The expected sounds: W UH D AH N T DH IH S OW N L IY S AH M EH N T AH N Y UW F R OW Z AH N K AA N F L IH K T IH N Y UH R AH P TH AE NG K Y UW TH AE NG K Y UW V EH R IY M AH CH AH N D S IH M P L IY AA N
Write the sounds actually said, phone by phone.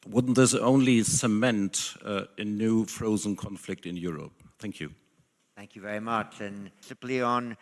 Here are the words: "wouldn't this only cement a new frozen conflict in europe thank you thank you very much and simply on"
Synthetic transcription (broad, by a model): W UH D N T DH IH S OW N L IY S AH M EH N T AH N Y UW F R OW Z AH N K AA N F L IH K T IH N Y UH R AH P TH AE NG K Y UW TH AE NG K Y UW V EH R IY M AH CH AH N S IH M P L IY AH N